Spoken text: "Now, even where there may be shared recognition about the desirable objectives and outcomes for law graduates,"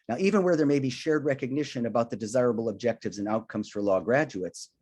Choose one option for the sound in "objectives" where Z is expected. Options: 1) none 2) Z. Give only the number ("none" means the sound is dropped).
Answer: 2